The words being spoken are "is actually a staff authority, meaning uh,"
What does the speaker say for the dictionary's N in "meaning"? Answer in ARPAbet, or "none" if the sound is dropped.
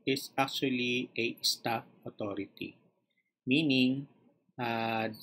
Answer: N